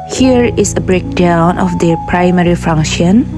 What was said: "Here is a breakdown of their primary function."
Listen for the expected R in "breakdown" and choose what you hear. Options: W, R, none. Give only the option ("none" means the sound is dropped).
R